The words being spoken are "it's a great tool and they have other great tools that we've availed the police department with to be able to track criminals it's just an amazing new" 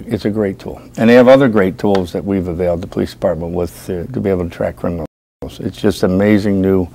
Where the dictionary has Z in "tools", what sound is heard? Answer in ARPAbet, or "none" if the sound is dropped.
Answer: Z